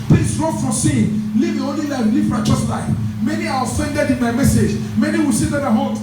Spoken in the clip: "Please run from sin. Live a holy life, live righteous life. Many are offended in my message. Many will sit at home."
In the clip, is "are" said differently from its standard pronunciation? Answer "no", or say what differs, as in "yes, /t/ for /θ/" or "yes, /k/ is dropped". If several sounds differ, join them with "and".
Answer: yes, /w/ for /ɹ/